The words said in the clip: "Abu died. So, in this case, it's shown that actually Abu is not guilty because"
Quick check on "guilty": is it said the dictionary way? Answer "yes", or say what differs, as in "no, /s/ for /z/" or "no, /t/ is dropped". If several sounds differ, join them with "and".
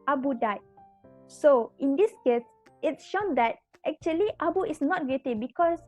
no, /l/ is dropped